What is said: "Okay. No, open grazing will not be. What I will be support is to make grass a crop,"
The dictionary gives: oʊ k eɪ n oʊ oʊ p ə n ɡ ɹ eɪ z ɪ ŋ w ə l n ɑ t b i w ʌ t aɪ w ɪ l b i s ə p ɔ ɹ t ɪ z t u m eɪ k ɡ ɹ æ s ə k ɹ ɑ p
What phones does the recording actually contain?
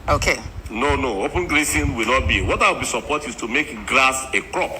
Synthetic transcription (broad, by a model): oʊ k eɪ n oʊ oʊ p ə n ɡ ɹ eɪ s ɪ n w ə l n ɑ t b i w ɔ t aɪ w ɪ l b i s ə p ɔ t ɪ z t u m eɪ k ɡ ɹ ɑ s ə k ɹ ɑ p